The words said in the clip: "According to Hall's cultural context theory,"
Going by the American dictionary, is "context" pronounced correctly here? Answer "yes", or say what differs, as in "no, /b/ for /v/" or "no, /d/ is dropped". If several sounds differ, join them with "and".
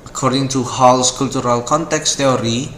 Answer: yes